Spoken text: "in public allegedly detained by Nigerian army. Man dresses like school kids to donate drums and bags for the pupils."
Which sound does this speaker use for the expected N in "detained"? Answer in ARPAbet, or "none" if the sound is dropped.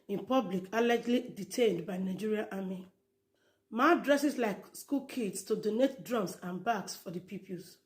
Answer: N